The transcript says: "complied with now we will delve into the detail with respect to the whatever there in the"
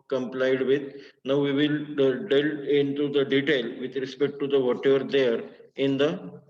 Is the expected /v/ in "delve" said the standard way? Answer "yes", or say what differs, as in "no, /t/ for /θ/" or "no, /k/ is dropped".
no, /v/ is dropped